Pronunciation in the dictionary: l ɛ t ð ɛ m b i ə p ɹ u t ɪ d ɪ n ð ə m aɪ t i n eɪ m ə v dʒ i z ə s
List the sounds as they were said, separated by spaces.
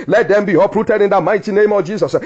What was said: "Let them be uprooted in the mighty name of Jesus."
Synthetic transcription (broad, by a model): l ɛ t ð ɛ m b i ə p ɹ u t ɪ d ɪ n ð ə m aɪ t i n eɪ m ə v dʒ i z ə s